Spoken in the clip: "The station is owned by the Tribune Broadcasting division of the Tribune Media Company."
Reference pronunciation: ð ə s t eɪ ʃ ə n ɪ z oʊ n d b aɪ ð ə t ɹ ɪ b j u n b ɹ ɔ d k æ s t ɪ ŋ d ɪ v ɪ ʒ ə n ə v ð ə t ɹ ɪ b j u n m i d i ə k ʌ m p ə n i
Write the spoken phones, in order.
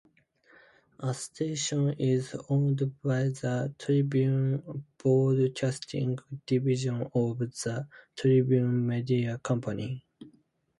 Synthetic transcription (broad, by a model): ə s t eɪ ʃ ə n ɪ z oʊ n d b aɪ ð ə t ɹ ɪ b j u n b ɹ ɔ d k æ s t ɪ ŋ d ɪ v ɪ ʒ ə n ə v ð ə t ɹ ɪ b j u n m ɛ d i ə k ʌ m p ə n i